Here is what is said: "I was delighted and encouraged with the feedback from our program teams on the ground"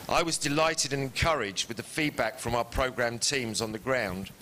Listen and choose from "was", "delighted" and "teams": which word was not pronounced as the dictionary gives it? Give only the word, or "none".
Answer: none